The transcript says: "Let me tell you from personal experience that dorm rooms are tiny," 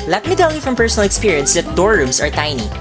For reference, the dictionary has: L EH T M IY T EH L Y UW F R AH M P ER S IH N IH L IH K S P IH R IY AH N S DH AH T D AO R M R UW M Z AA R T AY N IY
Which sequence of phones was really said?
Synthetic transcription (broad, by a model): L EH T M IY T EH L Y UW F R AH M P ER S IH N L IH K S P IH R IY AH N S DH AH T D AO R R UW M S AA R T AY N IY